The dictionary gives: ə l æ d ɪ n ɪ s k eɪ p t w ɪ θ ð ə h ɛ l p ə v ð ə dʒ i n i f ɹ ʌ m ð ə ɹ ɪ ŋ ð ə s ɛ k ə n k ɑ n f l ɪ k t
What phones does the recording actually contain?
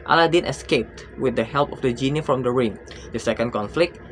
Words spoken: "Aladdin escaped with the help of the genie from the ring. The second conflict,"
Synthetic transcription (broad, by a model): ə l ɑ d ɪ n ɪ s k eɪ p t w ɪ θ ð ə h ɛ l p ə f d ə dʒ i n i f ɹ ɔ m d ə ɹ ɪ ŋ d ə s ɛ k ə n k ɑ n f l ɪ k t